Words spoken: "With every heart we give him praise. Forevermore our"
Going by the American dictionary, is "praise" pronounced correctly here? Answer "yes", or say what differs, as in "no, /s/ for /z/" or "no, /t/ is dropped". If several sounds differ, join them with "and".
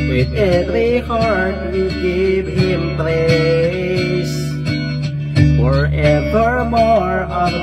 no, /l/ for /ɹ/ and /s/ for /z/